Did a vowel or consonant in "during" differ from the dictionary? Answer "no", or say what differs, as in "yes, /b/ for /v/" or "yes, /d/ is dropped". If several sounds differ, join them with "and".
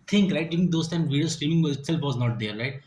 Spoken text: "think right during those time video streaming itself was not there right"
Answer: yes, /ɹ/ is dropped